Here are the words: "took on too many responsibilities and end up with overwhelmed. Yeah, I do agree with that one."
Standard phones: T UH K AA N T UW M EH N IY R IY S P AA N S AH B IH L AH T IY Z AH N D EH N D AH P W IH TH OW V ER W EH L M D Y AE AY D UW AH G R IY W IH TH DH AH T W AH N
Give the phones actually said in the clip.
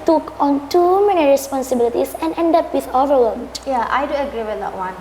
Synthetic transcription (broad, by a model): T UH K AA N T UW M EH N IY R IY S P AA N S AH B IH L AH T IY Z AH N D EH N D AH P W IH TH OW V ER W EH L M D Y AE AY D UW AH G R IY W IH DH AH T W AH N